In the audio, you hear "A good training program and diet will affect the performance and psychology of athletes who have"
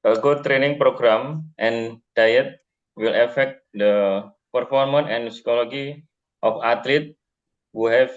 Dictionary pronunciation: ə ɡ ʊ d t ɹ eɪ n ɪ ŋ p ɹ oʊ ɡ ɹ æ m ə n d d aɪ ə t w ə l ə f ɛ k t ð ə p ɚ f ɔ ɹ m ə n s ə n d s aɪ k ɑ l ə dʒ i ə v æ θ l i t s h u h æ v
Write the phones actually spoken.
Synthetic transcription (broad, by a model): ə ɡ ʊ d t ɹ eɪ n ɪ ŋ p ɹ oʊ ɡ ɹ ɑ m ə n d d aɪ ə t w ə l ə f ɛ k t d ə p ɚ f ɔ ɹ m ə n ə n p s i k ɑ l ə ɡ i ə f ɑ t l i t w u h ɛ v